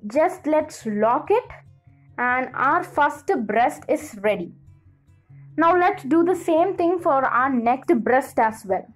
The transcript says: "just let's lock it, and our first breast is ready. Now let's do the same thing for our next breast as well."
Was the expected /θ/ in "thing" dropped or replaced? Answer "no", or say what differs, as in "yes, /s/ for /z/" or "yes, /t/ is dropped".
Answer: yes, /t/ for /θ/